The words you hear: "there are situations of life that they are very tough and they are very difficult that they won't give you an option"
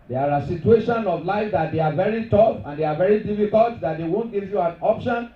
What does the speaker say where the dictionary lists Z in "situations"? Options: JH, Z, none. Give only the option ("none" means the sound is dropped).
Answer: none